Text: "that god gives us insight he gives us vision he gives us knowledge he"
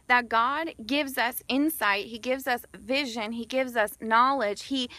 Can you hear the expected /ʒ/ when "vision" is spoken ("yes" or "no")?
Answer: yes